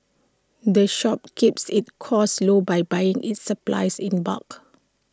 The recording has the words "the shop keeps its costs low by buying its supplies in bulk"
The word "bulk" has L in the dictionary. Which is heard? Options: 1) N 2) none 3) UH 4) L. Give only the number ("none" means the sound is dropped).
2